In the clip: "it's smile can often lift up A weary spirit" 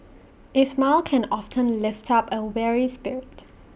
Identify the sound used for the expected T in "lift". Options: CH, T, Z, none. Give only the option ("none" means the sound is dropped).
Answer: T